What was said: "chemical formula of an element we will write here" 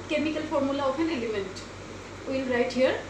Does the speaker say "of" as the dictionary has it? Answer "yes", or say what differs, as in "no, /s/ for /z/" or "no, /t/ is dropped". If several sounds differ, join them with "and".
no, /p/ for /v/